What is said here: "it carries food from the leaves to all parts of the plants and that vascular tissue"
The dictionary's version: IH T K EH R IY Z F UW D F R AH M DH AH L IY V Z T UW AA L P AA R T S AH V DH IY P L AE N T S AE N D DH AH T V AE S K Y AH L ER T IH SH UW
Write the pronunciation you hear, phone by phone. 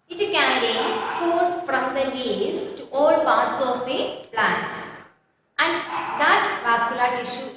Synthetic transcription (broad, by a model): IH T K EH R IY F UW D F R AH M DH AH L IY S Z T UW AA L P AA R T S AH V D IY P L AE N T S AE N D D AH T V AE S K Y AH L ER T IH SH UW